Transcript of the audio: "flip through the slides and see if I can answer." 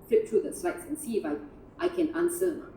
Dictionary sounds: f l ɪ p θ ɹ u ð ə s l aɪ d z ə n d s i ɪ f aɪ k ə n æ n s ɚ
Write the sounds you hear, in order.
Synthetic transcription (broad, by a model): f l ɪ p t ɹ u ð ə s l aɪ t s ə n s i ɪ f aɪ k ə n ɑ n s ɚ